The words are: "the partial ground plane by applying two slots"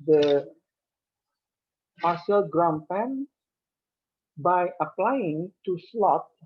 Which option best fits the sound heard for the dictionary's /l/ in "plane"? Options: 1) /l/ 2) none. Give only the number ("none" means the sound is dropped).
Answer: 2